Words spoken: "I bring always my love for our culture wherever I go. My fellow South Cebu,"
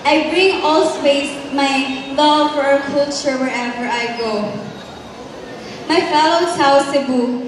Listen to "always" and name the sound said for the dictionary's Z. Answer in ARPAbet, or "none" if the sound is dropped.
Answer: S